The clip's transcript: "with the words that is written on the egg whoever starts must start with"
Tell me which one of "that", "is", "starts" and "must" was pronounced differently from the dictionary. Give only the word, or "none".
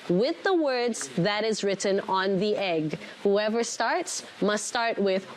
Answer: none